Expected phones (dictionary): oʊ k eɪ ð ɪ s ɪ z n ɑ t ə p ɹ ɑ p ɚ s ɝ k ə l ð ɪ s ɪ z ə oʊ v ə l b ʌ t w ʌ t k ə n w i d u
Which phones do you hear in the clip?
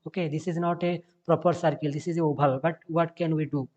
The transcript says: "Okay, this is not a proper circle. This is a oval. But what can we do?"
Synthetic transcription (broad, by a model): oʊ k eɪ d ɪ s ɪ z n ɑ t ə p ɹ ɑ p ɚ s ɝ k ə l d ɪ s ɪ z ə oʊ b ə l b ʌ t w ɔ t k ə n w i d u